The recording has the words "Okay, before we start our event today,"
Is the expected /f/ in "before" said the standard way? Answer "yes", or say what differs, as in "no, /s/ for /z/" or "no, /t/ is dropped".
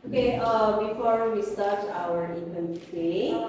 yes